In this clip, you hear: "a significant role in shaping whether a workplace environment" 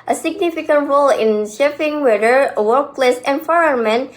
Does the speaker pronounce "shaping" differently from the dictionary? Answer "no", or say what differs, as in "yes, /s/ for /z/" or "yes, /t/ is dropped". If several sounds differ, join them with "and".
yes, /f/ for /p/